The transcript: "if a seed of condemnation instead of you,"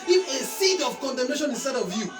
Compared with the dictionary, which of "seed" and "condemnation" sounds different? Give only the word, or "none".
none